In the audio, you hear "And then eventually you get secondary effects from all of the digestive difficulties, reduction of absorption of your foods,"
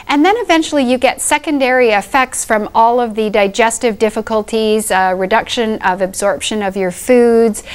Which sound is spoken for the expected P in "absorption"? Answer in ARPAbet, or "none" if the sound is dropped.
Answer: P